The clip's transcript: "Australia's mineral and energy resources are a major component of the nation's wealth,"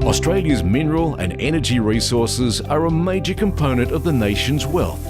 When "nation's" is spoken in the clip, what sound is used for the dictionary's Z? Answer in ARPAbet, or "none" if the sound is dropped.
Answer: Z